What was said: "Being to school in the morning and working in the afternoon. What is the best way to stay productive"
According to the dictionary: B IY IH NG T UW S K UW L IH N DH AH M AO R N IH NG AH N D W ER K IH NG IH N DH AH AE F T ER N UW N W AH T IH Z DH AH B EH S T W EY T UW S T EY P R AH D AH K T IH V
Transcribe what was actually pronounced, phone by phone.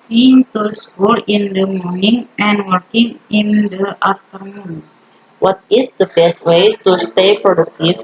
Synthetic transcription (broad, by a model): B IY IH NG T UW S K UW L IH N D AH M AO R N IH NG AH N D W ER K IH NG IH N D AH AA F T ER N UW N W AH T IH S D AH B EH S T W EY T UW S T EY P R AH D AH K T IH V